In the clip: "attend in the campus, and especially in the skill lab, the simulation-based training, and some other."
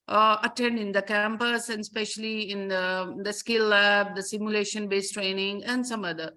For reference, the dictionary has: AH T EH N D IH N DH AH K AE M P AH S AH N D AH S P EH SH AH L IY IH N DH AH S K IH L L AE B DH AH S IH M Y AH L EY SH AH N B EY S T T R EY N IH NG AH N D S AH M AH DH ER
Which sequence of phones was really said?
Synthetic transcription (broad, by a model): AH T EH N D IH N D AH K AE M P AH S AH N D S P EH SH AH L IY IH N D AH S K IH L L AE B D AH S IH M Y AH L EY SH AH N B EY S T T R EY N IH NG AH N D S AH M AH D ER